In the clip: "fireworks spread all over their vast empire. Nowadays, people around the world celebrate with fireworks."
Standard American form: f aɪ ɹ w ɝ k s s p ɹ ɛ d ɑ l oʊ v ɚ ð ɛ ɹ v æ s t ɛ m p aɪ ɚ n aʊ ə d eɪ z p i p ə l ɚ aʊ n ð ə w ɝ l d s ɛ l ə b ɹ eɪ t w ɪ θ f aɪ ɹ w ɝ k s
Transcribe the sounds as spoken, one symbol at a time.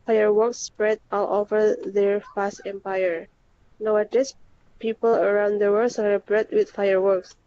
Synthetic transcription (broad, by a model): f aɪ ɹ w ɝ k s s p ɹ ɛ d ɑ l oʊ v ɚ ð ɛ ɹ p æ s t ɛ m p aɪ ɚ n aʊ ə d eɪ s p i p ə l ɚ aʊ n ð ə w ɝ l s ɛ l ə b ɹ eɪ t w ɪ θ f aɪ ɹ w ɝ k s